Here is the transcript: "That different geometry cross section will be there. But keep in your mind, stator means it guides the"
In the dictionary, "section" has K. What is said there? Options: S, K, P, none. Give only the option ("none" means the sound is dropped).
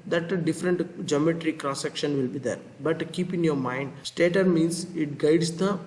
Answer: K